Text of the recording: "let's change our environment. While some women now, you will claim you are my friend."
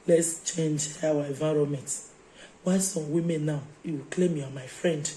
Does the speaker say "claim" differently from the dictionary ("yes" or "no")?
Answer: no